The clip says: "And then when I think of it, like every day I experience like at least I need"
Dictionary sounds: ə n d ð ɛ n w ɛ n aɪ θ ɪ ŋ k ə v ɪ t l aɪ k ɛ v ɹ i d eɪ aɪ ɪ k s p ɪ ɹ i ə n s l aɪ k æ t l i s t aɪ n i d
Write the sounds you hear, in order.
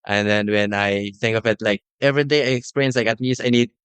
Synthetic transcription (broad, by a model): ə n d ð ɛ n w ɛ n aɪ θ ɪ ŋ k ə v ɪ t l aɪ k ɛ v ɹ i d eɪ aɪ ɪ k s p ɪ i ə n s l aɪ k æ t n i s aɪ n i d